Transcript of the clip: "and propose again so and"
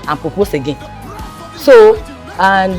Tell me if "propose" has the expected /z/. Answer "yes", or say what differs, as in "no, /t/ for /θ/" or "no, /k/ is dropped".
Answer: no, /s/ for /z/